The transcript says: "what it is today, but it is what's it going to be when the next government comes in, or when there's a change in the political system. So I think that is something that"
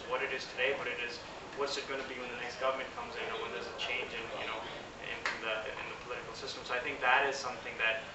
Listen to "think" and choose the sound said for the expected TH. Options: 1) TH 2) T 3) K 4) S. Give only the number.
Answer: 1